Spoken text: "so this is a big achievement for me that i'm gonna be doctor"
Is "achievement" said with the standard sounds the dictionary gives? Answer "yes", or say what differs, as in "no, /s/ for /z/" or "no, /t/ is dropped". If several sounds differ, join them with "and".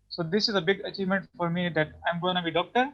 yes